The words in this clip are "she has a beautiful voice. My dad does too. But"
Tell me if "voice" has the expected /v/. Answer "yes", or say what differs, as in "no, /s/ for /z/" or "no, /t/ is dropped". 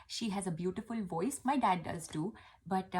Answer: yes